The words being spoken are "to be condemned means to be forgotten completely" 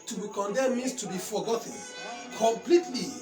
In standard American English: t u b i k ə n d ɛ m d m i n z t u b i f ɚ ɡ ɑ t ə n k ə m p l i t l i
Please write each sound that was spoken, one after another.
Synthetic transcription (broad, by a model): t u b i k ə n d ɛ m m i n s t u b i f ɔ ɡ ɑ t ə n k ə m p l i t l i